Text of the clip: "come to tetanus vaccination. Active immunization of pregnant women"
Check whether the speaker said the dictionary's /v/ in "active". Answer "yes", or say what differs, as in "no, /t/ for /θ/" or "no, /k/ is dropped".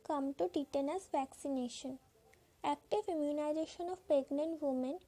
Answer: no, /f/ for /v/